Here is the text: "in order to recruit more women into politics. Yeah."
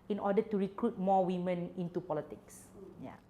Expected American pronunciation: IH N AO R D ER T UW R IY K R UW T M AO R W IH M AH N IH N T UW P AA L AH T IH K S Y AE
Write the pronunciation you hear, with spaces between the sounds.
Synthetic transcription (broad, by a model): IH N AO D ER T UW R IY K R UW T M AO W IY M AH N IH N T UW P AA L AH T IH K S Y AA